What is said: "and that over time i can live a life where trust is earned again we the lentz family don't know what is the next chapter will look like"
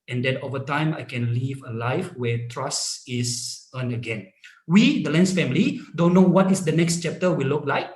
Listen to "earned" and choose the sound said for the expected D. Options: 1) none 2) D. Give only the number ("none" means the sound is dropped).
1